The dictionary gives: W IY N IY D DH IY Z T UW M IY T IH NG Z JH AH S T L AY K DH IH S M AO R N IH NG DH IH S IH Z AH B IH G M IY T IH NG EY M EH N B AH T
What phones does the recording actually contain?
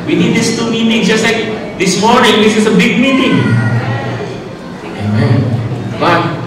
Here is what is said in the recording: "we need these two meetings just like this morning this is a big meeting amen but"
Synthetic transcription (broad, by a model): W IY N IY D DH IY S T UW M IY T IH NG JH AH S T L AY K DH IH S M AO R N IH NG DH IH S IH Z AH B IH G M IY T IH NG EY M EH N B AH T